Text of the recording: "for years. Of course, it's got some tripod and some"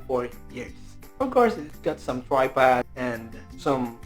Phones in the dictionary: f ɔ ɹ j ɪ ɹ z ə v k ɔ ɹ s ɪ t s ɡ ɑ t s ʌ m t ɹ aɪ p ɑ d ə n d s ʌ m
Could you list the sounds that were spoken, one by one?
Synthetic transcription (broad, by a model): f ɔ ɹ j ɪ ɹ s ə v k ɔ ɹ s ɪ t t ɡ ɑ t s ʌ m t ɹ aɪ p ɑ ə n d s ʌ m